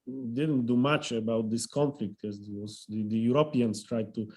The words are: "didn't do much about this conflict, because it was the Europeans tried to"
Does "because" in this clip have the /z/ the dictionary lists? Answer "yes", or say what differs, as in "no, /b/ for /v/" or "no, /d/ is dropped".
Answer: no, /z/ is dropped